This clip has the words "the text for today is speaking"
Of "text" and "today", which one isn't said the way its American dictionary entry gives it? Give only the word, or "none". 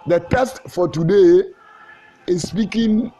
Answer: text